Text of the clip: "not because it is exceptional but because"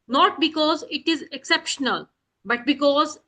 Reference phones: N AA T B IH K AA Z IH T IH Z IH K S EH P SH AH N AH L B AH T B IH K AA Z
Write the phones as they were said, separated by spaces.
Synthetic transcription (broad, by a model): N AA T B IH K AA Z IH T IH Z IH K S EH P SH AH N AH L B AH T B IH K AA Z